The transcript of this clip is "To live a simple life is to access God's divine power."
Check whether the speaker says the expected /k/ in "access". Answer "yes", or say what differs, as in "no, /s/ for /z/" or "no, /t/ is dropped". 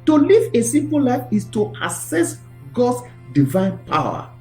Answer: no, /k/ is dropped